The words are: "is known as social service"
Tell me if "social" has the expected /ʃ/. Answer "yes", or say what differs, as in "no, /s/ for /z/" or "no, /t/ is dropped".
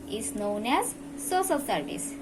no, /s/ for /ʃ/